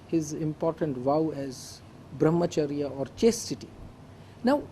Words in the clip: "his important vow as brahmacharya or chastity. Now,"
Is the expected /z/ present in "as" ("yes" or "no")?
yes